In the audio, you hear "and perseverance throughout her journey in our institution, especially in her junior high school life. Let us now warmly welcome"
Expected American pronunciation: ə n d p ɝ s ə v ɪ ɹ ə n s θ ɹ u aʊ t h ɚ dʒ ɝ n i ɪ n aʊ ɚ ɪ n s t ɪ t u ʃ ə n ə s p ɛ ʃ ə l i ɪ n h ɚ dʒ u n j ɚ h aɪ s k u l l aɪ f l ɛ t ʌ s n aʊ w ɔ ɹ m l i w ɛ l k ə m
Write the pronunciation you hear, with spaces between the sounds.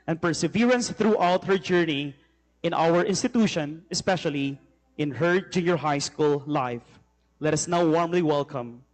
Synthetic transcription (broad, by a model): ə n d p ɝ s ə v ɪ ɹ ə n s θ ɹ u aʊ t h ɚ dʒ ɝ n i ɪ n aʊ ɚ ɪ n s t ɪ t u ʃ ə n ə s p ɛ ʃ ə l i ɪ n h ɚ dʒ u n j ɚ h aɪ s k u l l aɪ f l ɛ t ʌ s n aʊ w ɔ ɹ m l i w ɛ l k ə m